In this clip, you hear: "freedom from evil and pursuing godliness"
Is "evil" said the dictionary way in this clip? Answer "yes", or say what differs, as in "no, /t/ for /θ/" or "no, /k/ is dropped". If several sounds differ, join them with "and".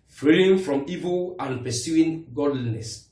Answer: yes